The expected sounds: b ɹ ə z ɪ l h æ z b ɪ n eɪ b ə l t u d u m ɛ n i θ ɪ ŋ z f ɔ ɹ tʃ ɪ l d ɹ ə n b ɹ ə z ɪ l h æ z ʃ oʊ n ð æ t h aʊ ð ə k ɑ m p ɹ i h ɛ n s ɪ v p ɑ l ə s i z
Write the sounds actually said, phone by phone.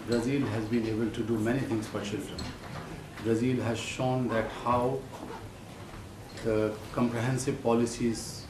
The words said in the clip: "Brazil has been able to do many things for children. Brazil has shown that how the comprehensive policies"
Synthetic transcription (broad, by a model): b ɹ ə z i l h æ z b ɪ n eɪ b ə l t u d u m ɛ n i t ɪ ŋ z f ɔ ɹ tʃ ɪ l d ɹ ə n b ɹ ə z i l h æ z ʃ oʊ n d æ t h aʊ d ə k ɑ m p ɹ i h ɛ n s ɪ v p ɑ l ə s i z